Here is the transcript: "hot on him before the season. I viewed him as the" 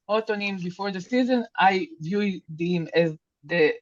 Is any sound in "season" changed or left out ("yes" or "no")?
no